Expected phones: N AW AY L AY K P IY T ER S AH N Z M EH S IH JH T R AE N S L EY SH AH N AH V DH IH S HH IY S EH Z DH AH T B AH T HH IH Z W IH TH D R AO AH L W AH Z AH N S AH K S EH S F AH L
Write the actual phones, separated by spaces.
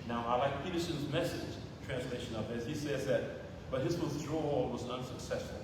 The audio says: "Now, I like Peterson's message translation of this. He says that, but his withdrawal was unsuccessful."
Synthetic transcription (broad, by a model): N AW AY L AY K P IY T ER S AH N Z M EH S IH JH T R AE N S L EY SH AH N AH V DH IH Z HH IY S EH Z DH AH T B AH T HH IH Z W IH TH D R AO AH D W AH Z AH N S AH K S EH S F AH L